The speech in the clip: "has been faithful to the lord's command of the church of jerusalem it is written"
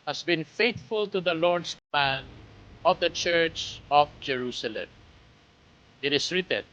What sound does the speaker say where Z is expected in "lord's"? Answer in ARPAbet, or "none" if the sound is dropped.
S